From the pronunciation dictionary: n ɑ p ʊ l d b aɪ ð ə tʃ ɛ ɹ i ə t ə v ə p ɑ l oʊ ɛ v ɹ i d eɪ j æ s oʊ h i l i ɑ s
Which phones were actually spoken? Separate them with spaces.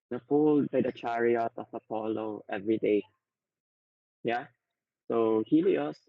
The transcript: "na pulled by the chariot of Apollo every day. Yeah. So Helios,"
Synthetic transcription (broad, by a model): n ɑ f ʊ l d b aɪ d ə tʃ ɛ ɹ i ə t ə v ə p ɑ l oʊ ɛ v ɹ i d eɪ j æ s oʊ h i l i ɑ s